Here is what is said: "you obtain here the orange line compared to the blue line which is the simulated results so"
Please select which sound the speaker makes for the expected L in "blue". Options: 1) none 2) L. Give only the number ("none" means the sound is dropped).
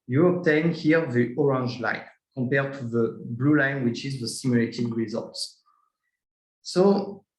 2